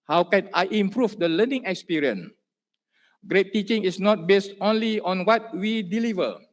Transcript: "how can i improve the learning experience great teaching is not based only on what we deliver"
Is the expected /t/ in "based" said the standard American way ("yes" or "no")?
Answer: yes